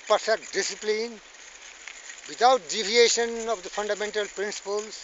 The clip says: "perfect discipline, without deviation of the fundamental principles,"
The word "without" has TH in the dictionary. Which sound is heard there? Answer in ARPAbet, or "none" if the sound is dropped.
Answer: T